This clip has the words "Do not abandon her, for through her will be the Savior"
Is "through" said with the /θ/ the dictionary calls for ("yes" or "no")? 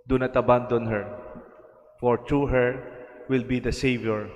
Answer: no